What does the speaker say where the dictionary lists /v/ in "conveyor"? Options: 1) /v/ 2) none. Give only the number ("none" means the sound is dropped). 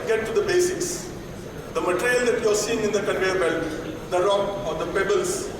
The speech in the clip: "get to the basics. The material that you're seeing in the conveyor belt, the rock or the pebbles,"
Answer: 2